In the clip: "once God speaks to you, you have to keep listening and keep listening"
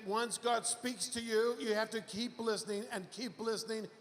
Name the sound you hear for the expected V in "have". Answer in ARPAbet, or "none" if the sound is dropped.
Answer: F